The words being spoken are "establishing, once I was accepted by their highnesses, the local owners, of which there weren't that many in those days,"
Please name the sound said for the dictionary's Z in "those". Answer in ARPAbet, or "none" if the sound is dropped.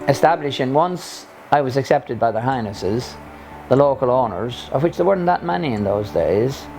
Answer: Z